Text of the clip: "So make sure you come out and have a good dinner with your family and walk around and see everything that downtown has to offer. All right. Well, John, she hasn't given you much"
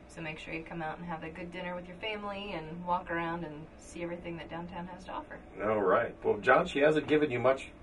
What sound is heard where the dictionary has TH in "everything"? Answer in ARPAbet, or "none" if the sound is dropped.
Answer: TH